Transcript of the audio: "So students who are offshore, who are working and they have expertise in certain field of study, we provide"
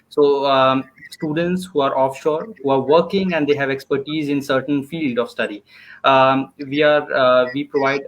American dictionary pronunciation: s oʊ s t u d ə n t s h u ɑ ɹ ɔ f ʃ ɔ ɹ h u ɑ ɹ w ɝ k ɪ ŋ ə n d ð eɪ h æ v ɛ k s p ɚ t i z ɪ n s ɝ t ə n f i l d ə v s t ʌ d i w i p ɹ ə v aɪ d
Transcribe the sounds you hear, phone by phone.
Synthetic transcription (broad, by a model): s oʊ s t u d ə n t s h u ɑ ɹ ɔ f ʃ ɔ ɹ h u ɑ ɹ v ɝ k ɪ ŋ ə n d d eɪ h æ v ɛ k s p ɚ t i z ɪ n s ɝ t ə n f i l d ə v s t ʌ d i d i p ɹ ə v aɪ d